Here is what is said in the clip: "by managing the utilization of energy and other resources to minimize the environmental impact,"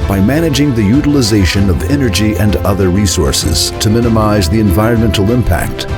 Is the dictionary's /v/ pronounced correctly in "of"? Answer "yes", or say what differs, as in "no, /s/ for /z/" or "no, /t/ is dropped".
yes